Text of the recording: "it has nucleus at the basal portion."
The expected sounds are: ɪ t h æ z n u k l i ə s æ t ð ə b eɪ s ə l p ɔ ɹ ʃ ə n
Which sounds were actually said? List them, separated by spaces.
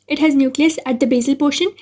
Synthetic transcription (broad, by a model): ɪ t h æ z n u k l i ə s æ t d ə b eɪ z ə l p ɔ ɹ ʃ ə n